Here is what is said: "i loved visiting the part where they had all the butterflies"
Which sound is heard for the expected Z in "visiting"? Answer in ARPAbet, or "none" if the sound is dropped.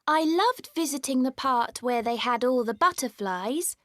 Z